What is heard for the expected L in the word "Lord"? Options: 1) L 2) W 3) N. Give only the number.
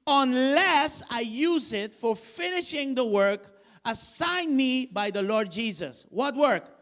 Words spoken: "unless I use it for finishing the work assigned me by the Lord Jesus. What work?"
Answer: 1